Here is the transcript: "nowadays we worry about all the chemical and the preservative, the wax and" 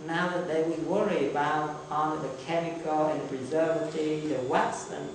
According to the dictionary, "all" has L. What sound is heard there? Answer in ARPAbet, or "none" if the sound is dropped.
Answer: N